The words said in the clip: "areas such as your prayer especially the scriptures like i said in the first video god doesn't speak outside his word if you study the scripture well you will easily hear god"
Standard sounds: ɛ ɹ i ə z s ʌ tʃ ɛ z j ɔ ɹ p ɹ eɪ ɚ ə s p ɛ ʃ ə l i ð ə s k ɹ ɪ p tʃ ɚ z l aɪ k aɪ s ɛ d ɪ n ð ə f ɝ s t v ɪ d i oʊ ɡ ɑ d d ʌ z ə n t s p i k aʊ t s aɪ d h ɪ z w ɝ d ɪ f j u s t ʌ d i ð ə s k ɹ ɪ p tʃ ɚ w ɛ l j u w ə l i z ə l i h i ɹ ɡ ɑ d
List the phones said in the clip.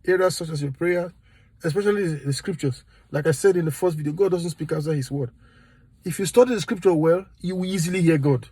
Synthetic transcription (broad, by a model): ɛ ɹ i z s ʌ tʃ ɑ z j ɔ p ɹ eɪ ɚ ə s p ɛ ʃ ə l i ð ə s k ɹ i p tʃ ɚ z l aɪ k aɪ s ɛ d ɪ n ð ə f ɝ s t v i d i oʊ ɡ ɑ d d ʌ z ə n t s p i k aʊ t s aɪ h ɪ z w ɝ d ɪ f j u s t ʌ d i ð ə s k ɹ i p tʃ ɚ w ɛ l j u w ə l i z ə l i h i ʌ ɡ ɑ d